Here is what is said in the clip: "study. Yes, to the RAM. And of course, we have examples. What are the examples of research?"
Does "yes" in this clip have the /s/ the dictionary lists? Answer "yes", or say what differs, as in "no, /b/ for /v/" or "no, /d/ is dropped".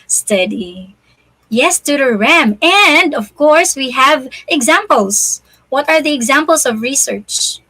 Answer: yes